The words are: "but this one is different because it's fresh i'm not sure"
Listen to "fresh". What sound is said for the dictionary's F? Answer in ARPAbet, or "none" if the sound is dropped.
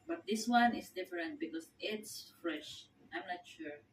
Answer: F